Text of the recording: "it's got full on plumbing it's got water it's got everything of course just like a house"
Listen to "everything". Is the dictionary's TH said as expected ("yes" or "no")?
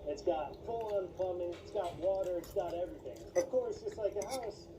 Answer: yes